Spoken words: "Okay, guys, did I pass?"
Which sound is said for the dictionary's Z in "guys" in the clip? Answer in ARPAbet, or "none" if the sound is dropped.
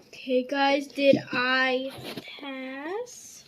Z